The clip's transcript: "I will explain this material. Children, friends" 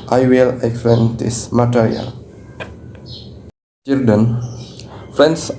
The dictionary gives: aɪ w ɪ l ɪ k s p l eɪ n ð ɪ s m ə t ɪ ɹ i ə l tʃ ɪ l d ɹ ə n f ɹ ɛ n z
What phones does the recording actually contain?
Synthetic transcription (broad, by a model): aɪ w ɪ l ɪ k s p eɪ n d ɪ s m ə t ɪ ɹ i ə l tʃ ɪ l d ə n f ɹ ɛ n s